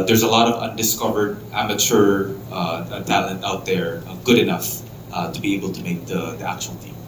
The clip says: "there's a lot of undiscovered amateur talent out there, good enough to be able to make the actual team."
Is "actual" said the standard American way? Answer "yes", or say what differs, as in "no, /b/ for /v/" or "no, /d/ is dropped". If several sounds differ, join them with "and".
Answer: yes